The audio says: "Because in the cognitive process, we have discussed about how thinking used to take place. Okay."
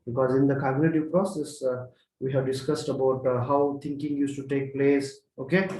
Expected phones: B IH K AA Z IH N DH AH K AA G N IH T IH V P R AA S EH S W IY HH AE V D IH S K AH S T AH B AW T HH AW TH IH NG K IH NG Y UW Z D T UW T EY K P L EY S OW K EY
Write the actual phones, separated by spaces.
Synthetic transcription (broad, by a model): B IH K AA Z IH N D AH K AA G N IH T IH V P R AA S EH S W IY HH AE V D IH S K AH S T AH B AW T HH AW T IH NG K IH NG Y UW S T UW T EY K P L EY S OW K EY